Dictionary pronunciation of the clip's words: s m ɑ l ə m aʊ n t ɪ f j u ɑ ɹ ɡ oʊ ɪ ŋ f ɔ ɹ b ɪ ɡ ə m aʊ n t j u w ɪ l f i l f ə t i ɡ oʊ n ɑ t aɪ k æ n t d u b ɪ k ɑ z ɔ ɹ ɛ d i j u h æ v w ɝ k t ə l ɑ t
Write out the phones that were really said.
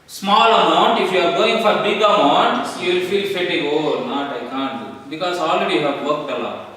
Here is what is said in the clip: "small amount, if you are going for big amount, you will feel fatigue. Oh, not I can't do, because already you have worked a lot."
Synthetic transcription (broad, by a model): s m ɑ l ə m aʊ n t ɪ f j u ɑ ɹ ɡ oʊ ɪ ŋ f ɔ ɹ b ɪ ɡ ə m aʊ n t j u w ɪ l f i l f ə t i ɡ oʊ n ɑ t aɪ k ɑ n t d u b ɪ k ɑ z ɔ l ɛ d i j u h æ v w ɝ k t ə l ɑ